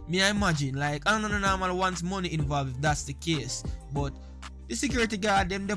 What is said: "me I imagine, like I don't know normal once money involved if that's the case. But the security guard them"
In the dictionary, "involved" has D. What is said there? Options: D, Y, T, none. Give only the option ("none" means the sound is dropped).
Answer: none